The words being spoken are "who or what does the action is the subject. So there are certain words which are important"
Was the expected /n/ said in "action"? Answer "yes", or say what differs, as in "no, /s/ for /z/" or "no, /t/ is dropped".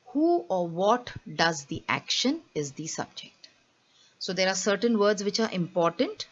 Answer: yes